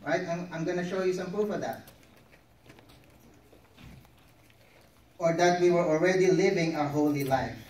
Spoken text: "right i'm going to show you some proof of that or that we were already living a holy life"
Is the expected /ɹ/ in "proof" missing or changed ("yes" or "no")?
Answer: yes